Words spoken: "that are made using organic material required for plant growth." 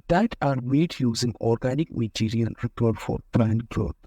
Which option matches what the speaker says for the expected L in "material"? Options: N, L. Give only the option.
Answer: N